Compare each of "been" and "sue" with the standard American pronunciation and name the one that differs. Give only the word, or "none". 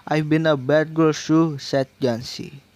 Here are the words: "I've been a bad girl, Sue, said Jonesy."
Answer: sue